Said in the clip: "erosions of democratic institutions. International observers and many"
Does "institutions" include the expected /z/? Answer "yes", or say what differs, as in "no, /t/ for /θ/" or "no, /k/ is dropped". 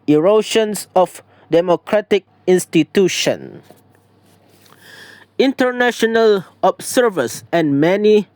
no, /z/ is dropped